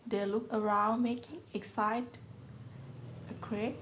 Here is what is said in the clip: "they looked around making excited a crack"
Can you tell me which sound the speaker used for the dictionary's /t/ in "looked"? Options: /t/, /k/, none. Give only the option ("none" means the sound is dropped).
none